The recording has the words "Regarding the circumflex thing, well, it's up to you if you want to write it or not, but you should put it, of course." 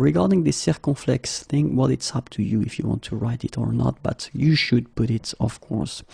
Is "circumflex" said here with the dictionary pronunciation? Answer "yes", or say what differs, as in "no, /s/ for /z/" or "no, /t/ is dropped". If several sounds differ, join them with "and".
no, /m/ is dropped